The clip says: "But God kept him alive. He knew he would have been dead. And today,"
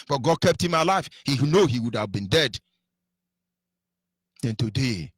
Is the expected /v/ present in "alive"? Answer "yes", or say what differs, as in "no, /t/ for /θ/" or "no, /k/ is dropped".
no, /f/ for /v/